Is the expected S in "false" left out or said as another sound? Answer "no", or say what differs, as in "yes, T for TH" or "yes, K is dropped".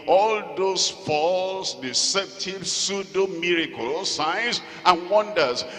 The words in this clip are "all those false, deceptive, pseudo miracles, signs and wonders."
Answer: no